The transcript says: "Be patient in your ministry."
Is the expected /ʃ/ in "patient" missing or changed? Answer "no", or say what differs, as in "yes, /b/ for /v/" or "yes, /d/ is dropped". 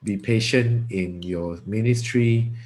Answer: no